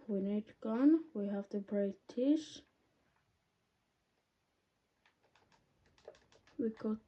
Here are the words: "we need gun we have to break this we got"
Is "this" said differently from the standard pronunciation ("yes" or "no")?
yes